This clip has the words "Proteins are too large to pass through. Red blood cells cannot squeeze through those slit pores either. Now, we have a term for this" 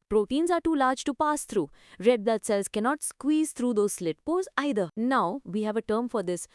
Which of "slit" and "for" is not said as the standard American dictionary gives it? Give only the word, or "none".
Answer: none